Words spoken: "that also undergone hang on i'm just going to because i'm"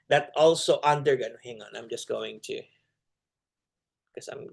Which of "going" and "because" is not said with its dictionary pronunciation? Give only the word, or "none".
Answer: because